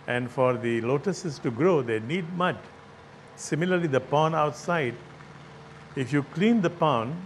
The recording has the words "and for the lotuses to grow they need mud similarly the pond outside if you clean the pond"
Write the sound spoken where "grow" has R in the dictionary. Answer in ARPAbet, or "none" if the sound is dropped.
R